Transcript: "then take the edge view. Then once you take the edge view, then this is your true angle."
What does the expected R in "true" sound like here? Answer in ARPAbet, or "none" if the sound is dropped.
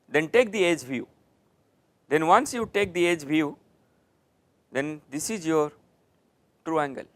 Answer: R